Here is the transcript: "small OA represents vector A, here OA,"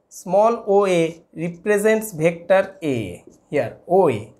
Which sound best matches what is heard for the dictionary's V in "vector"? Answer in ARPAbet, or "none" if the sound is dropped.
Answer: B